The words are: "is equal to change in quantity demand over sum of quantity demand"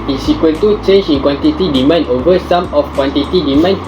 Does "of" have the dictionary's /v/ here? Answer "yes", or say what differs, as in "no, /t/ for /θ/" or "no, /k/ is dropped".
no, /f/ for /v/